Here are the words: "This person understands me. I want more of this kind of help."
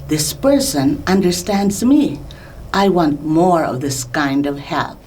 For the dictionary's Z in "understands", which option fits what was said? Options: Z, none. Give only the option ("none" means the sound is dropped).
Z